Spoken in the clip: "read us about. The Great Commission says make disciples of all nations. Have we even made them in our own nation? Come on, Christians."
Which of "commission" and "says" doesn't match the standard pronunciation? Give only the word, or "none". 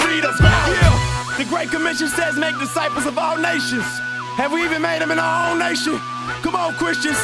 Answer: none